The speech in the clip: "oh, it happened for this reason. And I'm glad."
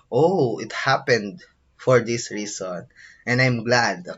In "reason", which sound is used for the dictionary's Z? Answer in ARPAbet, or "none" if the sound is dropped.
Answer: S